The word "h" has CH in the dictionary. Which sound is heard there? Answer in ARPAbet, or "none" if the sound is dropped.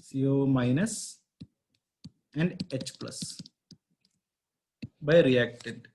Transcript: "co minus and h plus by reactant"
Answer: CH